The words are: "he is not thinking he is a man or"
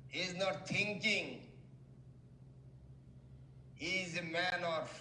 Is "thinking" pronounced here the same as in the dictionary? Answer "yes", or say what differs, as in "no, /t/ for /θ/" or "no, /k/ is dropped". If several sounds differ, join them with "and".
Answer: no, /t/ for /θ/